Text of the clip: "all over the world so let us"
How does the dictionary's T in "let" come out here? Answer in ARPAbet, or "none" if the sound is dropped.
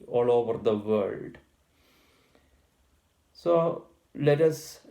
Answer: T